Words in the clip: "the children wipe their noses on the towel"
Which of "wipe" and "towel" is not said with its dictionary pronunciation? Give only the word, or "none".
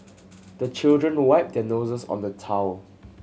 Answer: none